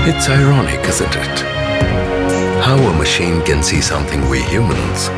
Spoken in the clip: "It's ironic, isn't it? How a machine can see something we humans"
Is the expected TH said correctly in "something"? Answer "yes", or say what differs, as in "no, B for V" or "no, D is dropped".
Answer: yes